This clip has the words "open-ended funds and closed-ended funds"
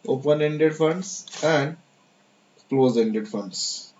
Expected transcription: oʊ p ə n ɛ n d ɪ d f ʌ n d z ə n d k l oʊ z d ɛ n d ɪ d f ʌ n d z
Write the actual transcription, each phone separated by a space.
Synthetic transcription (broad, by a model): oʊ p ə n ɛ n d ɪ d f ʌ n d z ə n d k l oʊ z ɛ n d ɪ d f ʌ n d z